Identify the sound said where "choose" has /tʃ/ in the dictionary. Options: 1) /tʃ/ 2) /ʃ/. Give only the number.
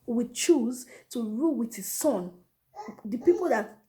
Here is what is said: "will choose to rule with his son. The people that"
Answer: 1